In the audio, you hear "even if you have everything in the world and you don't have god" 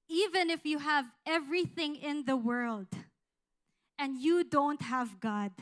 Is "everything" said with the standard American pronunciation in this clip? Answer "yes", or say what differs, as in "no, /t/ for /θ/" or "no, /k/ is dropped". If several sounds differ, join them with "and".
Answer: yes